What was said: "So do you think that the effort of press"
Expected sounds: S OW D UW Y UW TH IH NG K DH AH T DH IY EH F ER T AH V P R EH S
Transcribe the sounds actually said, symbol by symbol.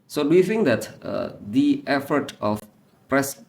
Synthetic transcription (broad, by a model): S OW D UW Y UW TH IH NG K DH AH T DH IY EH F ER T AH F P R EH S